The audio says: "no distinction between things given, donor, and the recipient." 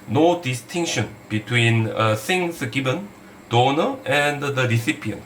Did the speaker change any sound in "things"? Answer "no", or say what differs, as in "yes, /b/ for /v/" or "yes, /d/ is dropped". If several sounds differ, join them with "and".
yes, /s/ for /θ/ and /s/ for /z/